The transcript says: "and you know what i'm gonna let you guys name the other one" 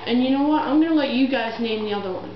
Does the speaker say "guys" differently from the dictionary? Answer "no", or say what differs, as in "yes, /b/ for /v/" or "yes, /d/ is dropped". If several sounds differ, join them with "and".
no